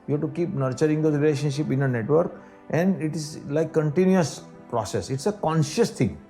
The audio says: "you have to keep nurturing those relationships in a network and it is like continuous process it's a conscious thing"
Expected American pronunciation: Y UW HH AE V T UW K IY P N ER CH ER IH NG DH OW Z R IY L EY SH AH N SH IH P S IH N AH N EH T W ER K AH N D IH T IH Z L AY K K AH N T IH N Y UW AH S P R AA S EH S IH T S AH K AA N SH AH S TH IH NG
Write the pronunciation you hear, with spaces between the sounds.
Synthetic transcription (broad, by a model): Y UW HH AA T UW K IY P N ER CH ER IH NG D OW R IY L EY SH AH N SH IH P IH N AH N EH T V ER K AH N D IH T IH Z L AY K K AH N T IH N Y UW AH S P R AA S EH S IH T S AH K AA N SH AH S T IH NG